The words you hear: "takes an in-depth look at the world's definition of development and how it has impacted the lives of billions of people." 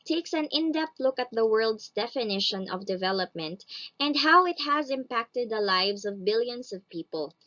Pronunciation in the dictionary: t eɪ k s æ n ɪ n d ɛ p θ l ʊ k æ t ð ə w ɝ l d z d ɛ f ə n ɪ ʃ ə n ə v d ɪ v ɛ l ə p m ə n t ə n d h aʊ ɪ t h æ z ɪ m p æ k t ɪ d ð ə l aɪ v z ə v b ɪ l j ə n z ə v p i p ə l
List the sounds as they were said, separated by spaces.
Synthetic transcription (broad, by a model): t eɪ k s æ n ɪ n d ɛ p t l ʊ k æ t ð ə w ɝ l d s d ɛ f ə n ɪ ʃ ə n ə v d ɪ v ɛ l ə p m ə n t ə n d h aʊ ɪ t h æ z ɪ m p æ k t ɪ d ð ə l aɪ v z ə v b ɪ l j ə n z ə v p i p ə l